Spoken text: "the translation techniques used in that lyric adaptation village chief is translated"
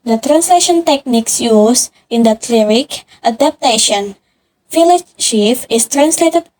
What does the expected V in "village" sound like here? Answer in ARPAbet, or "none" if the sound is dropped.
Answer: F